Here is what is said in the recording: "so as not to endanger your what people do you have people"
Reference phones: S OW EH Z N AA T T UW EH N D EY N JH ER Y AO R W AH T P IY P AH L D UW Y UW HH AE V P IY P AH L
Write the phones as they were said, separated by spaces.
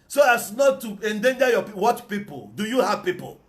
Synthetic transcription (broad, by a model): S OW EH S N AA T T UW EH N D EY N JH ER Y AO W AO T P IY P AH L D UW Y UW HH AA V P IY P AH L